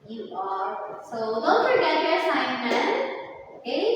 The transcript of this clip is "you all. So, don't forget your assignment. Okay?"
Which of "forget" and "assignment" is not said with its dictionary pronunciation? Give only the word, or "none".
assignment